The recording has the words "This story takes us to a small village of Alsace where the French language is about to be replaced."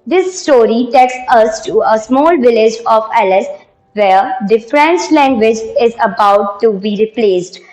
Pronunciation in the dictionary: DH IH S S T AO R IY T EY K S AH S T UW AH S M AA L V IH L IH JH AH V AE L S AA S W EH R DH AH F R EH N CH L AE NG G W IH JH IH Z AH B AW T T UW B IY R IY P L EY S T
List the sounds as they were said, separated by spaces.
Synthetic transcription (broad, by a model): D IH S S T AO R IY T EY K S AH S T UW AH S M AA L V IH L IH JH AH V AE L IH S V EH R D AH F R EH N S L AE NG G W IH JH IH Z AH B AW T T UW B IY R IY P L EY S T